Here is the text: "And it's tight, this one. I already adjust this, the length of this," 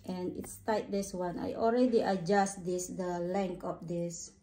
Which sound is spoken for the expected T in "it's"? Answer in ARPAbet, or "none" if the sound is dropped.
T